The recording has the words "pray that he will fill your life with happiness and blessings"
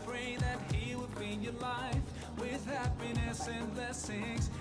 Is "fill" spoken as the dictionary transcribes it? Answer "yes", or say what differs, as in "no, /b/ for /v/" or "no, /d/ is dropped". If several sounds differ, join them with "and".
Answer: no, /n/ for /l/